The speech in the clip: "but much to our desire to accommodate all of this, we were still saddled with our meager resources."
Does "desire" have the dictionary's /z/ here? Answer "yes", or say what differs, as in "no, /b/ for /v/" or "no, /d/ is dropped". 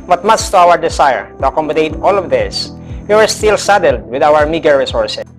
no, /s/ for /z/